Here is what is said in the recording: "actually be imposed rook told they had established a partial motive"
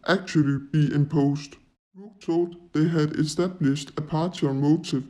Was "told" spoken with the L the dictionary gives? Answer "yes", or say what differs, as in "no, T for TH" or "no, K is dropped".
no, L is dropped